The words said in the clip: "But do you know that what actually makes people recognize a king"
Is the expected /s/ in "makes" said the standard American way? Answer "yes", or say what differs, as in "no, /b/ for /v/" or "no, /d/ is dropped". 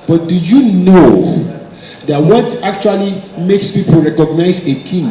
yes